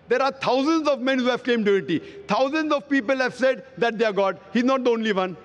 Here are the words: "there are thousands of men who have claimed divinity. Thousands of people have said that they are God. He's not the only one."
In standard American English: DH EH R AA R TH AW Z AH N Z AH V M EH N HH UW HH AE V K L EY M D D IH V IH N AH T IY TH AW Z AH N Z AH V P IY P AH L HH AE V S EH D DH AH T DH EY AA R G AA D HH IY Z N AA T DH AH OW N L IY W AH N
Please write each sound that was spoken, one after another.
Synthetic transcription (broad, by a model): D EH R AA R T AW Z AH N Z AH V M EH N HH UW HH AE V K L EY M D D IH IH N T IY T AW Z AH N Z AH V P IY P AH L HH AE V S EH D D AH T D EY AA R G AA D HH IY Z N AA T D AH OW N L IY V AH N